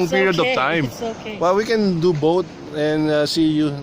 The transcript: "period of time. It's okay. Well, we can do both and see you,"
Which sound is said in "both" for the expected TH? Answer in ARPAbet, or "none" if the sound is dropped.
T